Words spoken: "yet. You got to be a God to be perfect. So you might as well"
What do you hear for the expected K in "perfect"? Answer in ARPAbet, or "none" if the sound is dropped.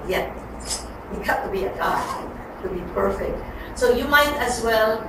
K